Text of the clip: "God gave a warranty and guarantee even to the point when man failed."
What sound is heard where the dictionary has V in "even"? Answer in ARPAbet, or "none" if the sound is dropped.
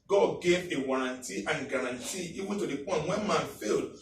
W